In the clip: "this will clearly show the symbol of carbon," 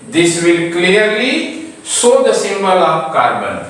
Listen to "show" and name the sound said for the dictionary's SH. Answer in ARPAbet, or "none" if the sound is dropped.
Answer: S